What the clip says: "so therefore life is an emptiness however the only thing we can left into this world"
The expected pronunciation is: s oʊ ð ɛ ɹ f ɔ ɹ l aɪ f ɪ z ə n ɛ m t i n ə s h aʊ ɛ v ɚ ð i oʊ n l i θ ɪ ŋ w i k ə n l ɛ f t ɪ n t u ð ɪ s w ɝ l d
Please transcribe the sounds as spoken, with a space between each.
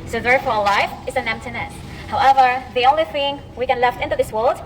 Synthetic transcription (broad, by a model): s oʊ ð ɛ ɹ f ɔ ɹ l aɪ f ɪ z ə n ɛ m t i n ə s h aʊ ɛ v ɚ ð i oʊ n l i θ ɪ ŋ w i k ə n l ɛ f t ɪ n t u ð ɪ s w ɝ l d